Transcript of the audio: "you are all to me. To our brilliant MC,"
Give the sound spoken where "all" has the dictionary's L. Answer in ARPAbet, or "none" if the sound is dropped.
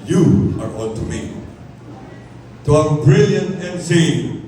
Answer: N